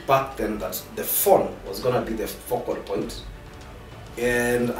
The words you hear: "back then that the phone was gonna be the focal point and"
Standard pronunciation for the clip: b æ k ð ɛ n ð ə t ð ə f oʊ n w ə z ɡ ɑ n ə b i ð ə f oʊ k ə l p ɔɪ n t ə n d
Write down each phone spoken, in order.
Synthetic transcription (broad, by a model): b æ k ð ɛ n ð ə t ð ə f oʊ n w ə z ɡ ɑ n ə b i ð ə f oʊ k ə l p ɔɪ n t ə n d